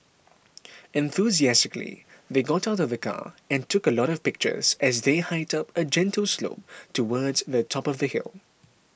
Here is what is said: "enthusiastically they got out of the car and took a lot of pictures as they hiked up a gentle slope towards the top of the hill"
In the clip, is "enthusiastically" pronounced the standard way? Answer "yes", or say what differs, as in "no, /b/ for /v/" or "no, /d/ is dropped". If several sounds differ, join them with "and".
yes